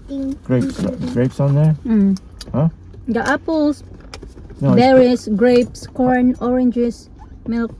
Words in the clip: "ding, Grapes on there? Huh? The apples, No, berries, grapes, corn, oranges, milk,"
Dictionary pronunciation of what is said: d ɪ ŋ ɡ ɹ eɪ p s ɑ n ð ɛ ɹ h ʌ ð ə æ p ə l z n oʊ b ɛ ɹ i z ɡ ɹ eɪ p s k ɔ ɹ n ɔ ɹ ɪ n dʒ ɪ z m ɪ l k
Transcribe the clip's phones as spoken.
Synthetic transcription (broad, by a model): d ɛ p ɡ ɹ eɪ p s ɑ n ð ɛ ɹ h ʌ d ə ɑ p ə l s n oʊ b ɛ ɹ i s ɡ ɹ eɪ p s k ɔ ɹ n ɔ ɹ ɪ n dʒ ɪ s m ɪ l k